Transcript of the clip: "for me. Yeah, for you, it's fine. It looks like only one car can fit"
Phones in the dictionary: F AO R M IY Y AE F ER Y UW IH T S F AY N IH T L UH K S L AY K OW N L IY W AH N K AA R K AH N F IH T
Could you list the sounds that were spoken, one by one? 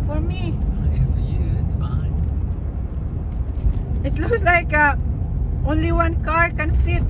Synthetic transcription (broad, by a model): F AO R M IY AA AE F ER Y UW IH T S F AY N IH T L UH K S L AY K OW N L IY W AH N K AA R K AH N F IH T